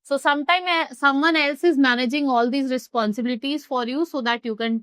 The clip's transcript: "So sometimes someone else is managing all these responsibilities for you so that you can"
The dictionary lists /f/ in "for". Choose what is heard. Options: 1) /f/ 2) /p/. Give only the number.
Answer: 1